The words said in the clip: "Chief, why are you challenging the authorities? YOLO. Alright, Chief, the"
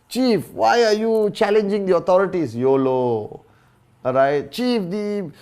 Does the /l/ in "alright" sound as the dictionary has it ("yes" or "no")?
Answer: no